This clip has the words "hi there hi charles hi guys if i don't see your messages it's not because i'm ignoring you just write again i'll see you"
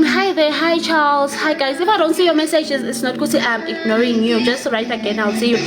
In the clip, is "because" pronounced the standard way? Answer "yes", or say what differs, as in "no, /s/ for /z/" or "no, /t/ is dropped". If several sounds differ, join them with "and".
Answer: no, /z/ is dropped